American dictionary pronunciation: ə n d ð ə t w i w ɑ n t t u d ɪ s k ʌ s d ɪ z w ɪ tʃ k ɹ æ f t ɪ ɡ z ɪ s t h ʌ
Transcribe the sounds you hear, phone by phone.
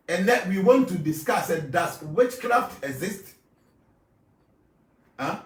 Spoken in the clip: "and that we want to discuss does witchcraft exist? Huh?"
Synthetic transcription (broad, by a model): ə n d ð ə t w i w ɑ n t t u d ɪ s k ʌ s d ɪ s w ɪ tʃ k ɹ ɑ f t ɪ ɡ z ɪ s t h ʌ